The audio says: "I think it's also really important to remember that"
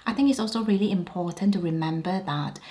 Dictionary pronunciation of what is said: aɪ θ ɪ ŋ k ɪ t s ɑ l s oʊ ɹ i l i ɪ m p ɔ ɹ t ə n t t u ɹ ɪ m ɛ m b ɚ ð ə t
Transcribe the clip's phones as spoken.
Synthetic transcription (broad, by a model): aɪ θ ɪ ŋ k ɪ t s ɑ l s oʊ ɹ i l i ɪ m p ɔ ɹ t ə n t t u ɹ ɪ m ɛ m b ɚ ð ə t